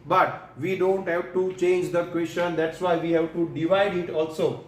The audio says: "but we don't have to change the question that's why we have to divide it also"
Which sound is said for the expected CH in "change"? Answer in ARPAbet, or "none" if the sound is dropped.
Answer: CH